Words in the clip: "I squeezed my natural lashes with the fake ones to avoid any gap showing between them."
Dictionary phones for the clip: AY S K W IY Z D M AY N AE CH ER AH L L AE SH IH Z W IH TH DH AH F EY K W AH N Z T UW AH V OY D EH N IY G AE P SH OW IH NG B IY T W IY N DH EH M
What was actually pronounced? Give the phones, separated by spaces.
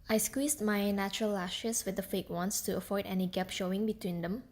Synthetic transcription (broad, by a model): AY S K W IY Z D M AY N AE CH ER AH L L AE SH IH S W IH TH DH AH F EY K W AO N S T UW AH F OY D EH N IY G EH P SH OW IH NG B IY T W IY N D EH M